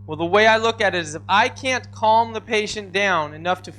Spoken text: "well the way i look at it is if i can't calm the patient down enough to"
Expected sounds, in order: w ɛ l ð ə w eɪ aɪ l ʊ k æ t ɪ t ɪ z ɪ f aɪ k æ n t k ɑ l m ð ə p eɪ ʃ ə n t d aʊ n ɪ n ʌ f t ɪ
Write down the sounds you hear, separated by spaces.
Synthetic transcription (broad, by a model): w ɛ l ð ə w eɪ aɪ l ʊ k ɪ t ɪ t ɪ z ɪ f aɪ k æ n k ɑ l m ð ə p eɪ ʃ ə n d aʊ n ɪ n ʌ f t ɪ